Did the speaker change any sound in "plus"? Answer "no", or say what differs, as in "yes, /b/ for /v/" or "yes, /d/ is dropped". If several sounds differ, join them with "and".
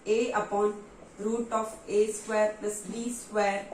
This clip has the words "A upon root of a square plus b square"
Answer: yes, /l/ is dropped